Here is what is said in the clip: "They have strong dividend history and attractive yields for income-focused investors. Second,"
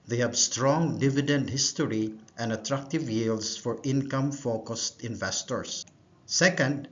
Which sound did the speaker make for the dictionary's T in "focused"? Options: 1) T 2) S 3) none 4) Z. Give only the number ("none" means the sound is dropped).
1